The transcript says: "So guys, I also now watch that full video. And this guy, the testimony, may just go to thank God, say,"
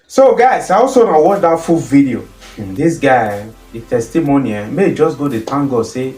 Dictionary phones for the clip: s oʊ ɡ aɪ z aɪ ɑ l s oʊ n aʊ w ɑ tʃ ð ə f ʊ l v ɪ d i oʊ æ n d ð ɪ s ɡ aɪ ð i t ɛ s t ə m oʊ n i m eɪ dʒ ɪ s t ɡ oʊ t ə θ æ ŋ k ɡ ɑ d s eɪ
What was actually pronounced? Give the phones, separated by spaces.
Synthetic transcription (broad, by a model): s oʊ ɡ aɪ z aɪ ɑ l s oʊ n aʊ w ɑ tʃ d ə f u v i d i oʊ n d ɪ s ɡ aɪ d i t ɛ s t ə m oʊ n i m eɪ dʒ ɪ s ɡ oʊ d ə t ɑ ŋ ɡ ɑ s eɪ